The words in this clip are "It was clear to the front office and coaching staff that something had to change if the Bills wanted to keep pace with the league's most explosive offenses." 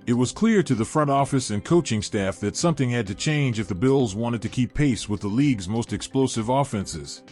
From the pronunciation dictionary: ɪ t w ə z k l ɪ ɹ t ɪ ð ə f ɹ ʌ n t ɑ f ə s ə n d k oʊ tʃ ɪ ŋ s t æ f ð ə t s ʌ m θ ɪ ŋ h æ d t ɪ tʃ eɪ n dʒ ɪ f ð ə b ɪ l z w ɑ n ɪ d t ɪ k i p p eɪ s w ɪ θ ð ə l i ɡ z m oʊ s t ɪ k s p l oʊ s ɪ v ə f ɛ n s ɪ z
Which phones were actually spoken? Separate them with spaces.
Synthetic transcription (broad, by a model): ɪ t w ə z k l ɪ ɹ t ɪ ð ə f ɹ ʌ n t ɑ f ə s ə n k oʊ tʃ ɪ ŋ s t æ f ð ə t s ʌ m θ ɪ ŋ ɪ d t ɪ tʃ eɪ n dʒ ɪ f ð ə b ɪ l z w ɑ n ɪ d t ɪ k i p p eɪ s w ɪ ð ə l i ɡ z m oʊ s t ɪ k s p l oʊ s ɪ v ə f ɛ n s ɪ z